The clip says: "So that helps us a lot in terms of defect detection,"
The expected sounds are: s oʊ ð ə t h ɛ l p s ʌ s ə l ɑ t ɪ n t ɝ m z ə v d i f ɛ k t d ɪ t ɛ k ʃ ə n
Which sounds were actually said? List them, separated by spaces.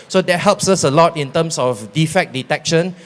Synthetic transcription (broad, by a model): s oʊ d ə t h ɛ l p s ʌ s ə l ɑ t ɪ n t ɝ m s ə f d i f ɛ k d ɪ t ɛ k ʃ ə n